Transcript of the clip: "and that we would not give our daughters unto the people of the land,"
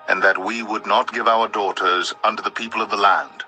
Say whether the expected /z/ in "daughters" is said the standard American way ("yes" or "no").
yes